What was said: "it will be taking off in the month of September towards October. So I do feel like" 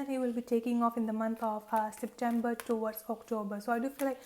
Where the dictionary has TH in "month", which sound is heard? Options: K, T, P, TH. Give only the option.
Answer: T